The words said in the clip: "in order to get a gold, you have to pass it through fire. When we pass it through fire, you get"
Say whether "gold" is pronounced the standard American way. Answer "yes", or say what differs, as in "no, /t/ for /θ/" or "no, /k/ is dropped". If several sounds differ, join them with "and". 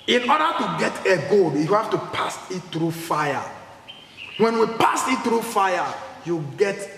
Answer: no, /l/ is dropped